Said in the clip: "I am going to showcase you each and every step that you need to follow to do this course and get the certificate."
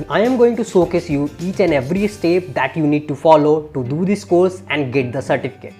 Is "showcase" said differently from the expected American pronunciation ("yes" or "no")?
yes